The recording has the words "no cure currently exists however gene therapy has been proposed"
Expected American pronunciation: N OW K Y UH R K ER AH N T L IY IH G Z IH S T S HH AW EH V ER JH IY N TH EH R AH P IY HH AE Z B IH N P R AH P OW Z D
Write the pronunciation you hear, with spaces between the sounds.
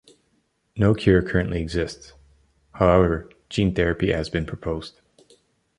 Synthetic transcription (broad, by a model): N OW K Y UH R K ER AH N T L IY IH G Z IH S T S HH AW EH V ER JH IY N TH EH R AH P IY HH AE Z B IH N P R AH P OW Z D